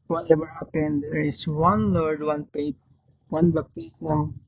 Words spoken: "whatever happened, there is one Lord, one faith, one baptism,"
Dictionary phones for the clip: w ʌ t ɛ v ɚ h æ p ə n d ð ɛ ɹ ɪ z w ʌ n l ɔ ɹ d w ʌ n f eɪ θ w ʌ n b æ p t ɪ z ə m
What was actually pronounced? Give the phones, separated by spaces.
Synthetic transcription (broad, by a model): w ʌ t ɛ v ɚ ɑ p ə n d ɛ ɹ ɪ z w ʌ n l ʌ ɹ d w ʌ n p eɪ t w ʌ n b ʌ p t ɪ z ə m